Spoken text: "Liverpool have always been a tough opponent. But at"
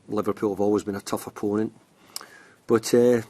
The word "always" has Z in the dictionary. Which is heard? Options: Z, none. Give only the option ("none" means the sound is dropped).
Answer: Z